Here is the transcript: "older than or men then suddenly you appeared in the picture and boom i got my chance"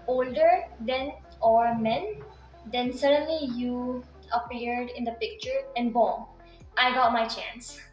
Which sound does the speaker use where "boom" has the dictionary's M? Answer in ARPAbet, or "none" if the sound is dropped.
none